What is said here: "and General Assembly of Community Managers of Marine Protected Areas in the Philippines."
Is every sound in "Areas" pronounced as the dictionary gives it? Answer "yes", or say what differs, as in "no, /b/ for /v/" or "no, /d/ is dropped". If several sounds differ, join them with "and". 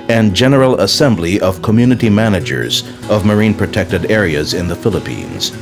yes